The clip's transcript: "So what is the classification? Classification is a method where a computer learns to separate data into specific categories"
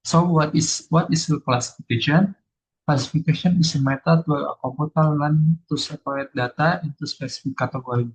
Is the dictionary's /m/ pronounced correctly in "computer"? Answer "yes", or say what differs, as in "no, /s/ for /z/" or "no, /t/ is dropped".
no, /m/ is dropped